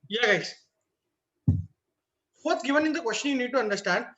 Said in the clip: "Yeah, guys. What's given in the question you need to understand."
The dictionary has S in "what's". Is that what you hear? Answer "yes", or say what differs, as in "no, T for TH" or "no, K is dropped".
no, S is dropped